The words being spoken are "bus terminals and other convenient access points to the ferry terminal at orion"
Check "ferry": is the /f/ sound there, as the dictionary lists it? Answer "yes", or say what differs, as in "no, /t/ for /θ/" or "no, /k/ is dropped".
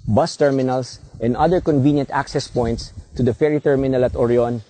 yes